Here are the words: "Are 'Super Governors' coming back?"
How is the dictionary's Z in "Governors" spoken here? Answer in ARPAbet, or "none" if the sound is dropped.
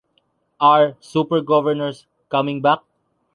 S